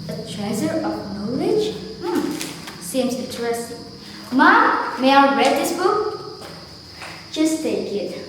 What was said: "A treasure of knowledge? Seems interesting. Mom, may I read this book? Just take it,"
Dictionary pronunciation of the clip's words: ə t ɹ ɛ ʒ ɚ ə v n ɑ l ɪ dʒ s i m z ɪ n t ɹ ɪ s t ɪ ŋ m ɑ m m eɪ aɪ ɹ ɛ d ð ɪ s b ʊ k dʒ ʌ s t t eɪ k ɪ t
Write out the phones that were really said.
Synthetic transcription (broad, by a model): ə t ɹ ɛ z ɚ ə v n ɑ l ɪ dʒ s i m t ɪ t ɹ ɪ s m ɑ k m eɪ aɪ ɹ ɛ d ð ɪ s b ʊ k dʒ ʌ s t t eɪ k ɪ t